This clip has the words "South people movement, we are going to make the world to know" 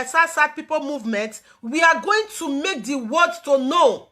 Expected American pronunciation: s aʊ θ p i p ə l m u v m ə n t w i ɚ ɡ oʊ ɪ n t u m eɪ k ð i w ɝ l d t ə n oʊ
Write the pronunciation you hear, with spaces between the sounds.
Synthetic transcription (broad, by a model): s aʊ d p i p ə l m u v m ə n t w i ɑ ɡ oʊ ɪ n t u m eɪ k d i w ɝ d t ə n oʊ